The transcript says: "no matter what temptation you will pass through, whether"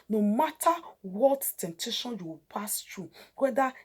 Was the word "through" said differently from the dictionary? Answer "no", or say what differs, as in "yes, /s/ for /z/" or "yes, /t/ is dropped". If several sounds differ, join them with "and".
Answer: yes, /t/ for /θ/